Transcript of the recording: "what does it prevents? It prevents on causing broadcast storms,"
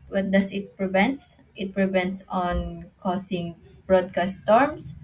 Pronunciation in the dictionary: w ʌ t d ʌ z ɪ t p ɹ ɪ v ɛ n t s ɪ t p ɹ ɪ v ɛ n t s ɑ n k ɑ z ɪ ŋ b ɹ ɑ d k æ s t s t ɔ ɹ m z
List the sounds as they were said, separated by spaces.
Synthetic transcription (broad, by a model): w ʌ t d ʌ s ɪ t p ɹ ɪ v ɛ n t s ɪ t p ɹ ɪ v ɛ n t s ɑ n k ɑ s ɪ ŋ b ɹ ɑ d k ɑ s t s t ɔ ɹ m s